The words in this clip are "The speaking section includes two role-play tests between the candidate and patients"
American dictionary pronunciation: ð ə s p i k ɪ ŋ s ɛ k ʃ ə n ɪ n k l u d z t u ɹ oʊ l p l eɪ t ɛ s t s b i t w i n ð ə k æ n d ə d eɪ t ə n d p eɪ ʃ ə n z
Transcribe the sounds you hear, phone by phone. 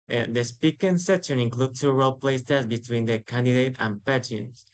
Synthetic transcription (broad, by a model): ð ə s p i k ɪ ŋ s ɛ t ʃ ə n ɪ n k l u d t u ɹ oʊ l p l eɪ s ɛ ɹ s b i t w i n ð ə k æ n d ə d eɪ t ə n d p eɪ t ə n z